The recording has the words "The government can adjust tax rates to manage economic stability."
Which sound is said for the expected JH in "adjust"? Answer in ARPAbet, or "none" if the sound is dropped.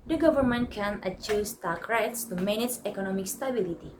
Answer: CH